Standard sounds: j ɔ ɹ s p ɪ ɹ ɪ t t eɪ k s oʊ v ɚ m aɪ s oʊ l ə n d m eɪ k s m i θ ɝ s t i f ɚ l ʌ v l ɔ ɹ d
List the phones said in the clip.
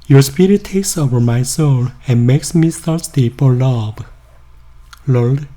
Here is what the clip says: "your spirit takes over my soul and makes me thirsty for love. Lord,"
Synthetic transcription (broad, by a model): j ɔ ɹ s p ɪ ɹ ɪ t t eɪ k s oʊ v ɚ m aɪ s oʊ l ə n m eɪ k s m i s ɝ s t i p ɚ l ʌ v l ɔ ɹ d